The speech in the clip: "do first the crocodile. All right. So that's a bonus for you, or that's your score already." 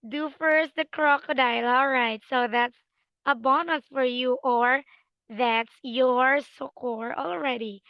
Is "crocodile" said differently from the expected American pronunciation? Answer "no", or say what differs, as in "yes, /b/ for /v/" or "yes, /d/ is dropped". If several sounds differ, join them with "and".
no